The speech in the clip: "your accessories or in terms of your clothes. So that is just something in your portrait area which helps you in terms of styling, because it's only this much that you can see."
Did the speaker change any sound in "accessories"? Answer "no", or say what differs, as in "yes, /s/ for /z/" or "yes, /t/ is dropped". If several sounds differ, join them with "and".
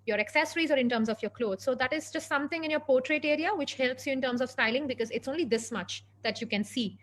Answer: no